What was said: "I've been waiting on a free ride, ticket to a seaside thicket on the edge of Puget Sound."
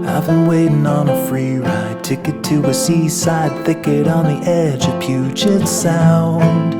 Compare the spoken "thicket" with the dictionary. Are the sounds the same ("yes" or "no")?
yes